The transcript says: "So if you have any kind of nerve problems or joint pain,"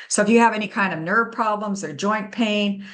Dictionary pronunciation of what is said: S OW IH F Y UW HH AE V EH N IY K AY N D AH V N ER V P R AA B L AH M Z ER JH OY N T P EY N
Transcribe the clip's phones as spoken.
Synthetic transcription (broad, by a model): S OW IH F Y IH V EH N IY K AY N D AH V N ER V P R AA B L AH M Z ER JH OY N P EY N